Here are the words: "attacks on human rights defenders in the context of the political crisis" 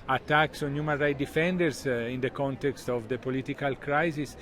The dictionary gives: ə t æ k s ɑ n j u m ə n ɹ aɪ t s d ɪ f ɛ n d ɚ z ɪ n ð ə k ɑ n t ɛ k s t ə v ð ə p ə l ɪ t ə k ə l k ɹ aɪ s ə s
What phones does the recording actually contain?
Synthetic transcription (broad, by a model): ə t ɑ k s ɑ n j u m ə n ɹ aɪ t d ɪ f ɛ n d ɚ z ɪ n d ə k ɑ n t ɛ k s t ə v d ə p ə l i t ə k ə l k ɹ aɪ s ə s